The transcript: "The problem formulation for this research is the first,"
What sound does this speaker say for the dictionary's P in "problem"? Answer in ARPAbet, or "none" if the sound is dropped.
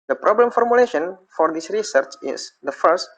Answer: P